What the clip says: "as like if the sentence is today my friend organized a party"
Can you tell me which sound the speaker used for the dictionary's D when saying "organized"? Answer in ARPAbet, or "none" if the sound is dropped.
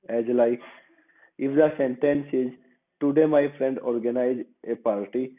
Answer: none